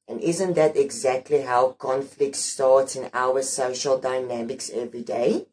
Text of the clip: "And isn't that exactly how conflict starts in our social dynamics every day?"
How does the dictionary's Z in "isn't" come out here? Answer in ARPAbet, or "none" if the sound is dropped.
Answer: Z